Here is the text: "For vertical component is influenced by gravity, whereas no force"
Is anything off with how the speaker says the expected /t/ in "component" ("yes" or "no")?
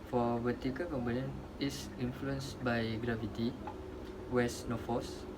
yes